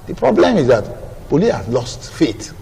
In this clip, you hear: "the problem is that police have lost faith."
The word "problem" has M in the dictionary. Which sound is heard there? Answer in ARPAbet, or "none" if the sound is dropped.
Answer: M